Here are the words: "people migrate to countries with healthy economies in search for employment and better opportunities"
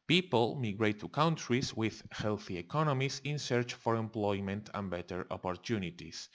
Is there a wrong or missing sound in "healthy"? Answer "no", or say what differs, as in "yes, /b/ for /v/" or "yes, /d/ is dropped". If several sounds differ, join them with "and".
no